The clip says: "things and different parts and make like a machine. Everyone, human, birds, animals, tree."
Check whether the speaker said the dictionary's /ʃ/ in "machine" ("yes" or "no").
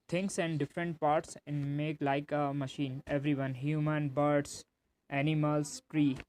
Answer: yes